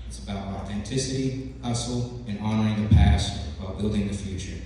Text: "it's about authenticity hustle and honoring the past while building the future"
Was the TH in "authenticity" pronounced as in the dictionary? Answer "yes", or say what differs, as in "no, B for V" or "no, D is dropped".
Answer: yes